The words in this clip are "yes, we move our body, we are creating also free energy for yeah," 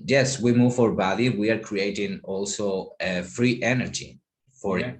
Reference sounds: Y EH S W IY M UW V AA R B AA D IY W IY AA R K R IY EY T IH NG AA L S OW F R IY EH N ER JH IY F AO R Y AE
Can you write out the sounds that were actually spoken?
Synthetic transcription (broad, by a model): Y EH S W IY M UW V AA R B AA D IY W IY AA R K R IY EY T IH NG AA L S OW F R IY EH N ER JH IY F AO R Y